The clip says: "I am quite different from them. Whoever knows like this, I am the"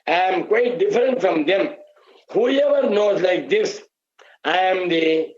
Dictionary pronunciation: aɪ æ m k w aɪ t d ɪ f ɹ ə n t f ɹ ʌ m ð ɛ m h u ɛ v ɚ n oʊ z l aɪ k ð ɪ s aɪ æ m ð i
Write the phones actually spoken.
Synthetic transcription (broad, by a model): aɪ m k w aɪ t d ɪ f ɹ ə n t f ɹ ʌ m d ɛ m h u ɛ v ɚ n oʊ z l aɪ k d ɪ s aɪ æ m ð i